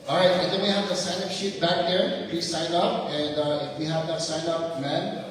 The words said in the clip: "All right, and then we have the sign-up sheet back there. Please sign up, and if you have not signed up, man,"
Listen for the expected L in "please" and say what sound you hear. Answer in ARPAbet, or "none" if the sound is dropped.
none